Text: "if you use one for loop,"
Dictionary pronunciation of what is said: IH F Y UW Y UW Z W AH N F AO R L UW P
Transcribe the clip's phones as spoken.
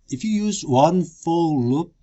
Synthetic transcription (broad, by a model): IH F Y UW Y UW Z W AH N F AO L L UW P